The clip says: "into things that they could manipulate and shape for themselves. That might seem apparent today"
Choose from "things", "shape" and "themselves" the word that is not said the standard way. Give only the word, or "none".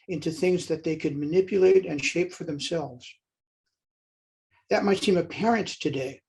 none